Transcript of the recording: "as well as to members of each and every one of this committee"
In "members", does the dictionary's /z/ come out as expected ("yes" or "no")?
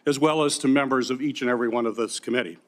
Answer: yes